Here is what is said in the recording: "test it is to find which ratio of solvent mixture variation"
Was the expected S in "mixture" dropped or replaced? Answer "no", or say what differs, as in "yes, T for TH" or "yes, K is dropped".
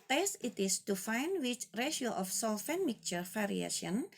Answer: yes, S is dropped